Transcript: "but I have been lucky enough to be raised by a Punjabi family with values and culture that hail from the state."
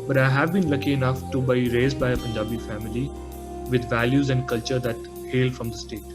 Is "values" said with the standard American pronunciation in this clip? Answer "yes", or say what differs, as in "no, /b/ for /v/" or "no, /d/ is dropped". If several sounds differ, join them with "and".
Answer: yes